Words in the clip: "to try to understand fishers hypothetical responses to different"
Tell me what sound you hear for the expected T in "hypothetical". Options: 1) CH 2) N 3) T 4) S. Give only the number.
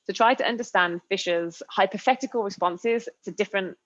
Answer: 3